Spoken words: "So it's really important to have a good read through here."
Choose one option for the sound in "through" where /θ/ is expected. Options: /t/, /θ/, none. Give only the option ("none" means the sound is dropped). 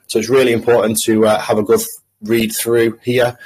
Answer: /θ/